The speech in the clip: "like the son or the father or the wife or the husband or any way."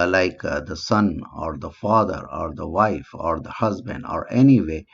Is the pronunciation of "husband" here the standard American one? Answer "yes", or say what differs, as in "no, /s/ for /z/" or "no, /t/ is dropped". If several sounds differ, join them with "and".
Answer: yes